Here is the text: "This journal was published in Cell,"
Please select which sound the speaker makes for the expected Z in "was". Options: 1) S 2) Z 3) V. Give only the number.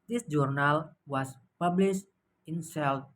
1